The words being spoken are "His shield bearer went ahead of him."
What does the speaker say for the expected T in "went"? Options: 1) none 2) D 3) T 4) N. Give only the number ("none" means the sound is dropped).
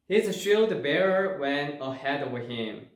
1